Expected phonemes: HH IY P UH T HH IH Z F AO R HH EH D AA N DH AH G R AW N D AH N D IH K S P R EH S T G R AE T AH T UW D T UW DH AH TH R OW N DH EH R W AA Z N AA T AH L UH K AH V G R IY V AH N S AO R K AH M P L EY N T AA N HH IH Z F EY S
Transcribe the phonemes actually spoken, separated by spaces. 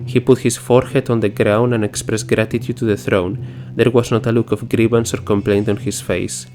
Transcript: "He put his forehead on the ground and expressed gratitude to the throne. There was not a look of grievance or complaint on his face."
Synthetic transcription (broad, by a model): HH IY P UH T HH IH S F AO R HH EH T AA N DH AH G R AW N D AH N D IH K S P R EH S T G R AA T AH T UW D T UW DH AH TH R OW N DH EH R W AA Z N AA T AH L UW K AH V G R IY V AH N S AO R K AH M P L EY N T AA N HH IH S F EY S